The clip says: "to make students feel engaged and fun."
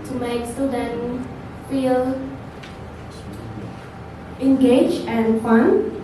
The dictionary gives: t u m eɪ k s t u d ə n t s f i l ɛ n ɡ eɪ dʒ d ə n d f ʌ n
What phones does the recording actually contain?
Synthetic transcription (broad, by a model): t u m eɪ k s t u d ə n f i l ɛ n ɡ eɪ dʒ ə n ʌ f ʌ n